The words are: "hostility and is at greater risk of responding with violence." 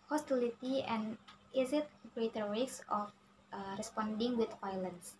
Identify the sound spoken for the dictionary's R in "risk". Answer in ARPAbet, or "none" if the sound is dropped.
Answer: W